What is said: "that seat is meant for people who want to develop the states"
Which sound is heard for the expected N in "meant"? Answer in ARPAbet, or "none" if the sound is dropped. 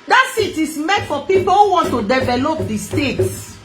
none